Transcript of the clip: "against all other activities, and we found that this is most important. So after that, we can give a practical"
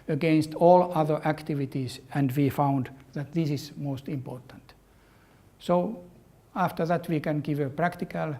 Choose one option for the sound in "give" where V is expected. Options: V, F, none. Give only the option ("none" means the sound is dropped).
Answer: V